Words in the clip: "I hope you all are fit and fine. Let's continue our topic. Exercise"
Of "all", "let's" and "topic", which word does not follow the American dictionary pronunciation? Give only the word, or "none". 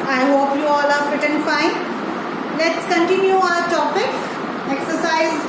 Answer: none